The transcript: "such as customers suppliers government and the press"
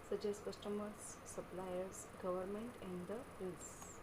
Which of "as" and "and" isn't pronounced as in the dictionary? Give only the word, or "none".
as